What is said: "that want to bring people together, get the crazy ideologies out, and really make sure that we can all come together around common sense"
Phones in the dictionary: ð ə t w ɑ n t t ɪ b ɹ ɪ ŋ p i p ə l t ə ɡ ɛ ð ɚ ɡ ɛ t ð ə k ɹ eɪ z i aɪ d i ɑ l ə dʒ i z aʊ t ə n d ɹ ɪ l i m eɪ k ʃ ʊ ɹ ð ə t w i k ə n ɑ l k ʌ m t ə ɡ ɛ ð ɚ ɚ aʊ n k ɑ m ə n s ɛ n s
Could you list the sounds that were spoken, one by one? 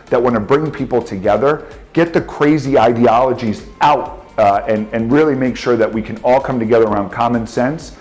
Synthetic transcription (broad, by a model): ð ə t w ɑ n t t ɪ b ɹ ɪ ŋ p i p l t ə ɡ ɛ ð ɚ ɡ ɛ t ð ə k ɹ eɪ z i aɪ d i ɑ l ə dʒ i z aʊ t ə n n ɹ ɪ l i m eɪ k ʃ ʊ ɹ ð ə t w i k ə n ɑ l k ʌ m t ə ɡ ɛ ð ɚ ɚ aʊ n k ɑ m ə n s ɛ n s